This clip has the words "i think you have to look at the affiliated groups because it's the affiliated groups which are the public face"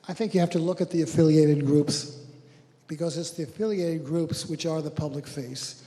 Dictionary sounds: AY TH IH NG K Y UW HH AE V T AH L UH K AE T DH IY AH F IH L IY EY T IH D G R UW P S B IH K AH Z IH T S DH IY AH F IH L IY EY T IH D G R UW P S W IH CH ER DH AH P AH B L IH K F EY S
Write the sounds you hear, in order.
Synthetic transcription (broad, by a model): AY TH IH NG K Y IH HH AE F T AH L UH K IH T DH IY AH F IH L IY EY T IH D G R UW P S B IH K AH Z IH T S DH IY AH F IH L IY EY T IH D G R UW P S W IH CH ER DH AH P AH B L IH K F EY S